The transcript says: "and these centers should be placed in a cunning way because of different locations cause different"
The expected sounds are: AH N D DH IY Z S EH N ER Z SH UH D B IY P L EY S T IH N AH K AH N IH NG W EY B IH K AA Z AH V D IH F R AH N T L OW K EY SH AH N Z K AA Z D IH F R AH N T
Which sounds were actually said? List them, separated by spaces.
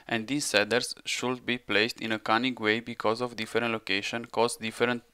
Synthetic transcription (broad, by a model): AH N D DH IY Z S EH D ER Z SH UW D B IY P L EY S T IH N AH K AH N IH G W EY B IH K AA Z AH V D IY F R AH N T L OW K EY SH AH N K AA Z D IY F R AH N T